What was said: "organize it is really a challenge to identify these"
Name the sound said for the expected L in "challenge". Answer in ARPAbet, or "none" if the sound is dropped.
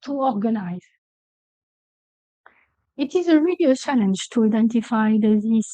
L